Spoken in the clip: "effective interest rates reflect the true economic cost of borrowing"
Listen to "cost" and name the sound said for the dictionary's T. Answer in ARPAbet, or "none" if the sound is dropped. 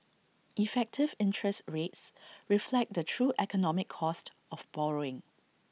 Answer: T